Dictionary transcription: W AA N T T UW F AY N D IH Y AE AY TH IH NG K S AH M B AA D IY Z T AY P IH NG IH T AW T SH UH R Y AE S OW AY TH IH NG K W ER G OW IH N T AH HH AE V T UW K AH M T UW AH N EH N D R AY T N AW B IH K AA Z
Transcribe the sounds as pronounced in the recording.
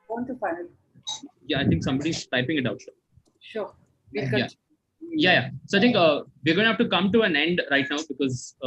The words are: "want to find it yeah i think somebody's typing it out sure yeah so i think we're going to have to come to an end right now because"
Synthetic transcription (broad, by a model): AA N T T UW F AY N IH Y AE AY T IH NG K S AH M B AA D IY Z T AY P IH NG IH T AW T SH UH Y Y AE S OW AY T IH NG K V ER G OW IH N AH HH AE F T UW K AH M T UW AH N EH N D R AY T N AW B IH K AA Z